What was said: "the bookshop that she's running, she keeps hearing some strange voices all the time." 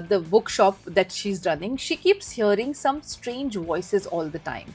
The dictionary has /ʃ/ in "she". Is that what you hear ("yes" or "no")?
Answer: yes